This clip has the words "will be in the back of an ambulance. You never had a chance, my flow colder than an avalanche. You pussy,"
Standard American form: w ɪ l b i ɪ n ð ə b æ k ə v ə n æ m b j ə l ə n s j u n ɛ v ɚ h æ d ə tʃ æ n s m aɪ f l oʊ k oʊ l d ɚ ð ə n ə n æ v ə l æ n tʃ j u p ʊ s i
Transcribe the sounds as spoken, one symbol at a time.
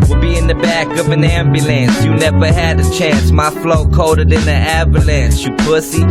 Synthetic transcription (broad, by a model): w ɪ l b i ɪ n ð ə b æ k ə v ə n æ m b j ə l ə n s j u n ɛ v ɚ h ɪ d ə tʃ æ n s m aɪ f l oʊ k oʊ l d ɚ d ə n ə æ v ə l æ n s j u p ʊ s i